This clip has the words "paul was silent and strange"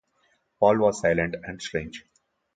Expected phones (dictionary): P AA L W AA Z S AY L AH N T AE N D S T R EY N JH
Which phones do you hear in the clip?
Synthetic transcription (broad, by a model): P AA L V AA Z S AY L AH N T AE N D S T R EY N JH